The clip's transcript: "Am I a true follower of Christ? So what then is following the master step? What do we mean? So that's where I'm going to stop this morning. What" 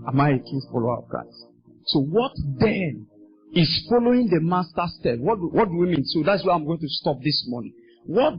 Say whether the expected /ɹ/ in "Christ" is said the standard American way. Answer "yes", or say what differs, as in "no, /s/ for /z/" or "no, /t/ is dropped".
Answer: no, /ɹ/ is dropped